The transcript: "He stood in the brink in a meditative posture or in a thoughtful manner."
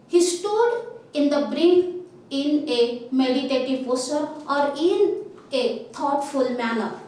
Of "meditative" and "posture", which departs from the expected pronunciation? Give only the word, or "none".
posture